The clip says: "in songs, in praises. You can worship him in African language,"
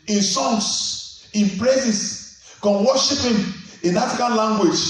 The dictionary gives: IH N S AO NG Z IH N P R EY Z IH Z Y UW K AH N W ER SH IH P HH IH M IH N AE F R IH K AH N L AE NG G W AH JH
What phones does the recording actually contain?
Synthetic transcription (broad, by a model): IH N S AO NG S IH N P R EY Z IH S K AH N W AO SH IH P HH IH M IH N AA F IH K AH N L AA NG G W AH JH